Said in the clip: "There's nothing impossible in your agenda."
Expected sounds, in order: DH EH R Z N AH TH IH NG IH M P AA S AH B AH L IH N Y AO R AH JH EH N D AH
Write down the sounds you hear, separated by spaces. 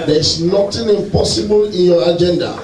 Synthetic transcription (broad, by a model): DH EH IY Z N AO T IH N IH M P AA S AH B AH L IH N Y AO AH JH EH N D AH